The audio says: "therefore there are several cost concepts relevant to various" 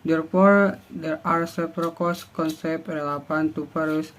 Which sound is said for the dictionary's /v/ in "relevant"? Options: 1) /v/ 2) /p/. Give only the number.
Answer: 2